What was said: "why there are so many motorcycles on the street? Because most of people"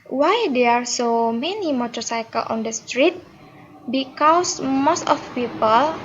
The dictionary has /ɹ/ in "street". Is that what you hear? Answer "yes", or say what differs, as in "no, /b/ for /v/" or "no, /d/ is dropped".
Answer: yes